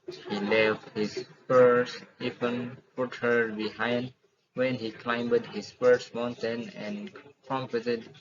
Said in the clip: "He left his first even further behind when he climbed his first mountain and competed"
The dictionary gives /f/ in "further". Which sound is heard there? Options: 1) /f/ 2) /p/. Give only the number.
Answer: 2